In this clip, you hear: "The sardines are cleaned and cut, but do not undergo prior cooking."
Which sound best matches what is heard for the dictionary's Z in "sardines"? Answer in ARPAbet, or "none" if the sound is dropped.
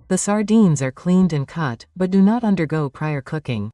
Z